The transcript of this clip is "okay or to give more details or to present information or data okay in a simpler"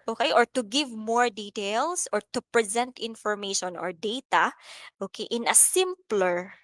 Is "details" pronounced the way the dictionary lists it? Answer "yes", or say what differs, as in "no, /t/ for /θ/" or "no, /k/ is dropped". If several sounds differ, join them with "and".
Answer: no, /s/ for /z/